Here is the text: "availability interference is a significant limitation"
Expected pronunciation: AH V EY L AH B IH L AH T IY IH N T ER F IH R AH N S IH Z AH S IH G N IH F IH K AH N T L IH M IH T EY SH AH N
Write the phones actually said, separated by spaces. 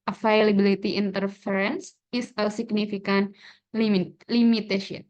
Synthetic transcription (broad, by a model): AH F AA L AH B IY L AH T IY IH N T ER F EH R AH N S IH S AH S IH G N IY F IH K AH N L L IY M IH T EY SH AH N